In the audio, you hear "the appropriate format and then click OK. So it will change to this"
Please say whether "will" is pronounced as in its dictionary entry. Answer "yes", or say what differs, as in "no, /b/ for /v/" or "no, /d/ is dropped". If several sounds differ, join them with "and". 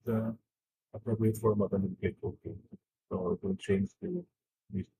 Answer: no, /n/ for /l/